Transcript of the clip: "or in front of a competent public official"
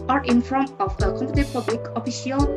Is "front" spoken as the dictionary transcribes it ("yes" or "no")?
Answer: yes